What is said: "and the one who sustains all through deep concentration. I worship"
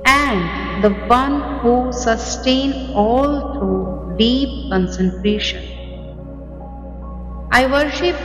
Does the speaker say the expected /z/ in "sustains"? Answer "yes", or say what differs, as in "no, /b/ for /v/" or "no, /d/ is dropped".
no, /z/ is dropped